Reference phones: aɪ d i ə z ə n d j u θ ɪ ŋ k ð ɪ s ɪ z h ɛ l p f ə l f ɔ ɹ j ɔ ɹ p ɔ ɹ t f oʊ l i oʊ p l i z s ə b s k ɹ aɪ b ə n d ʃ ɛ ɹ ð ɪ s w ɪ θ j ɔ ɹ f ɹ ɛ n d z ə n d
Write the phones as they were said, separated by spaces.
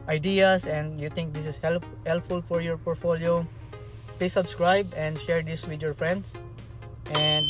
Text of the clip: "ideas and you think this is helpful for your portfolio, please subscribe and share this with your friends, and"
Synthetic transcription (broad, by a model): aɪ d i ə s ə n d j u t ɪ ŋ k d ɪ s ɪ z h ɛ l p f ə l f ɔ ɹ j ɔ ɹ p ɔ ɹ t f oʊ l i oʊ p l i s ə b s k ɹ aɪ b ə n d ʃ ɛ ɹ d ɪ s w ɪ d j ɔ ɹ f ɹ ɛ n d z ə n d